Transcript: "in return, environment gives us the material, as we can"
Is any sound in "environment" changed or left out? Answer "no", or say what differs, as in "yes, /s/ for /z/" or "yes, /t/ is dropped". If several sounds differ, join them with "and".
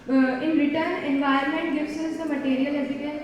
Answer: yes, /ɹ/ is dropped